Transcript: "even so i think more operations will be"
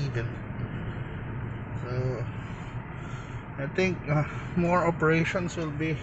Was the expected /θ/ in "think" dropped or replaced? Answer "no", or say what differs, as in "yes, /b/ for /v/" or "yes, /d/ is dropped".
yes, /t/ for /θ/